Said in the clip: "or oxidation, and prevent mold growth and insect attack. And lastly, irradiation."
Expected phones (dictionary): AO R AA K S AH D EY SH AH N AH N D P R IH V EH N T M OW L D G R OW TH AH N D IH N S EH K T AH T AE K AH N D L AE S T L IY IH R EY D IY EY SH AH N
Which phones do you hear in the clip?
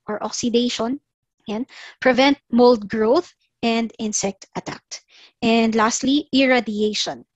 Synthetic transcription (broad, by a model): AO R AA K S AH D EY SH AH N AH N P R IH V EH N T M OW L D G R OW TH AH N D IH N S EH K T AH T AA K AH N D L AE S T L IY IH R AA D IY EY SH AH N